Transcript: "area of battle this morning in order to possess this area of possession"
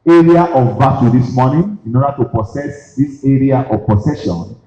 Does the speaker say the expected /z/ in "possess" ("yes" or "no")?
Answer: no